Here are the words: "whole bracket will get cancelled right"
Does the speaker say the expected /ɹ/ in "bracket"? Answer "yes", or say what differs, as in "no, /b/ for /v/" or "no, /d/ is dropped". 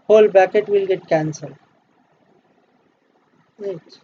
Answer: no, /ɹ/ is dropped